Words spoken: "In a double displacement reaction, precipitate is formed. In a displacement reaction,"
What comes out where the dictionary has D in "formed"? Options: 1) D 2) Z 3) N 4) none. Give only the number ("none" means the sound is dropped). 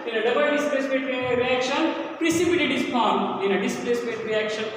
4